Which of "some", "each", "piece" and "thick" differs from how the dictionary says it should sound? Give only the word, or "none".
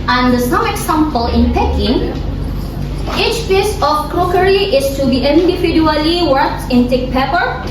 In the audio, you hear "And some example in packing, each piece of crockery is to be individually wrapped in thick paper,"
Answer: thick